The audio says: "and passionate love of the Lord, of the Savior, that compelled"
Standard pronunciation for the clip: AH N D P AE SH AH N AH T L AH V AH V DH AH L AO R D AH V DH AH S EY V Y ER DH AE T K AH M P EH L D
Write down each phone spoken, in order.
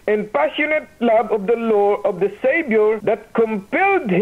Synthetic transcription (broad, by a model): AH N P AE SH AH N AH T L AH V AH V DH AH L AO R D AH V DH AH S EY B Y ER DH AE T K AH M P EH L D